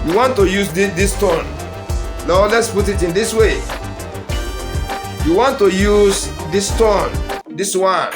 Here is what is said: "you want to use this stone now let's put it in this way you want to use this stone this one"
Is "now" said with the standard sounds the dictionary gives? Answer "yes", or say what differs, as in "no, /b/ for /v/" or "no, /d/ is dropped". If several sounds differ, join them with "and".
no, /l/ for /n/